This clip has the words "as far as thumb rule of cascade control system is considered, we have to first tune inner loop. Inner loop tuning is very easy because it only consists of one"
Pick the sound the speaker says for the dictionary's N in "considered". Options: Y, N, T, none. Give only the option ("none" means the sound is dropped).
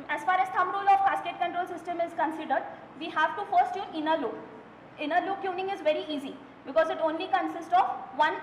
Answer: N